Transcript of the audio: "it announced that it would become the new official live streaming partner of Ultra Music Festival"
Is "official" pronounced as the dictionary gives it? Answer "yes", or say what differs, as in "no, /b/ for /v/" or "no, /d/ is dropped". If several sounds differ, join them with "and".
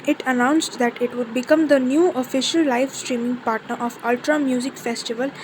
yes